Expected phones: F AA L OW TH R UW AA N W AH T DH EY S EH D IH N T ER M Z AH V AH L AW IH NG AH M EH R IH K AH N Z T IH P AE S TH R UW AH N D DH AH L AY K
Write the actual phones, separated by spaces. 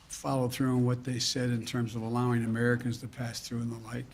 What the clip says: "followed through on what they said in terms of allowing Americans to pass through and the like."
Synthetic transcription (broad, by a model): F AA L OW TH R UW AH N W AH T DH EY S EH D IH N T ER M Z AH V AH L AW IH NG AH M EH R IH K AH N Z T IH P AE S TH R UW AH N DH AH L AY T